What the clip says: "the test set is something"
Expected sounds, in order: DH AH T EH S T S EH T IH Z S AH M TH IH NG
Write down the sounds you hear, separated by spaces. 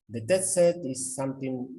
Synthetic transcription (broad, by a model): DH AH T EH T S EH T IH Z S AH M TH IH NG